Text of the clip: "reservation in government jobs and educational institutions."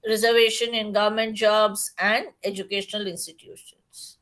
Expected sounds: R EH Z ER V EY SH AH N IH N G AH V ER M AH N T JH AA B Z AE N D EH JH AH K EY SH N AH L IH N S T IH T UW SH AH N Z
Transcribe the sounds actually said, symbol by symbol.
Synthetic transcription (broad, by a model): R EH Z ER V EY SH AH N IH N G AH V ER M AH N T JH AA B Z AE N D EH JH AH K EY SH N AH L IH N S T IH T UW SH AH N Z